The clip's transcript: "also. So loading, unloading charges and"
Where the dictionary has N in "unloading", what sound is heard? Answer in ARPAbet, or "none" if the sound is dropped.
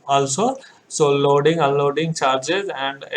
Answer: none